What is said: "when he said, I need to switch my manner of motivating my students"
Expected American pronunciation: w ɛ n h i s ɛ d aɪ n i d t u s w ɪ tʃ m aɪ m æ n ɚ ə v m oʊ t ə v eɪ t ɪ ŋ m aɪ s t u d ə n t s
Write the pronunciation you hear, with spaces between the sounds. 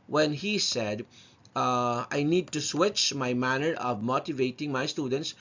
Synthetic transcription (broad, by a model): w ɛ n h i s ɛ d aɪ n i d t u s w ɪ tʃ m aɪ m æ n ɚ ə v m oʊ t ə v eɪ t ɪ ŋ m aɪ s t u d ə n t s